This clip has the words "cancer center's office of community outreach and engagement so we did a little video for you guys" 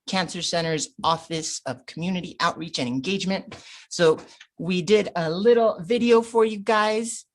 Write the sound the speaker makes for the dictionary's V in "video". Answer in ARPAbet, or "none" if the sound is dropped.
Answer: V